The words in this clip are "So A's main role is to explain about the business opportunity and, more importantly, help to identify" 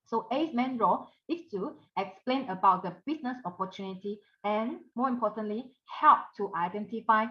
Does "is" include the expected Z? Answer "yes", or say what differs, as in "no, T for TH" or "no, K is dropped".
no, S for Z